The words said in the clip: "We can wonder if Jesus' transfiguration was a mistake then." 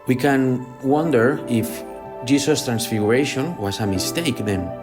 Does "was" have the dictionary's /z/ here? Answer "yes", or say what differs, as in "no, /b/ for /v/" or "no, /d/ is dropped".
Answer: no, /s/ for /z/